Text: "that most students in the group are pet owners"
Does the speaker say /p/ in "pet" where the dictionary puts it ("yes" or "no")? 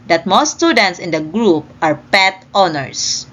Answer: yes